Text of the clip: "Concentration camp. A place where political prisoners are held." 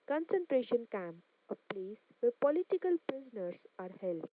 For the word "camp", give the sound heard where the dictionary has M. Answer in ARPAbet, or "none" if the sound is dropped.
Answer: M